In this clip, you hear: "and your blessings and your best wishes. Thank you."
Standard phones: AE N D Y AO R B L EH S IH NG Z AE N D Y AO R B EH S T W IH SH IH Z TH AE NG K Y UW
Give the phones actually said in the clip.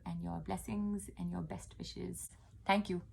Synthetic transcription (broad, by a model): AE N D Y AO R B L EH S IH NG Z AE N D Y AO R B EH S T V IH SH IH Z T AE NG K Y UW